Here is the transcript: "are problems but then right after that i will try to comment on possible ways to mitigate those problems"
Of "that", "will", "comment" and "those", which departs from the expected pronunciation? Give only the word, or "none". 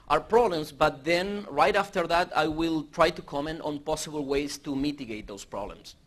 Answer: those